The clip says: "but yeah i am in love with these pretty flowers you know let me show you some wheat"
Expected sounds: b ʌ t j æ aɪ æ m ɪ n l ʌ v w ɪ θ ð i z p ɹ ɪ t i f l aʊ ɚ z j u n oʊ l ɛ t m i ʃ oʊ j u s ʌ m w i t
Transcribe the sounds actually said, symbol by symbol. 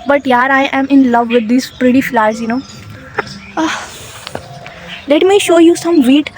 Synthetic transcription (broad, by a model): b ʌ t j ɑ aɪ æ m ɪ n l ʌ v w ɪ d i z p ɹ ɪ t i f l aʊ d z j u n oʊ l ɛ t m i ʃ oʊ j u s ʌ m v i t